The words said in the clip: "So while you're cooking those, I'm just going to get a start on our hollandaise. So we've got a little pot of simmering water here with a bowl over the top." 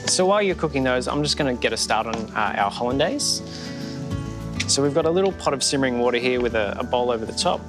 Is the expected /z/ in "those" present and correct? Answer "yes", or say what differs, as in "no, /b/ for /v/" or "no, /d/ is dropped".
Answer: yes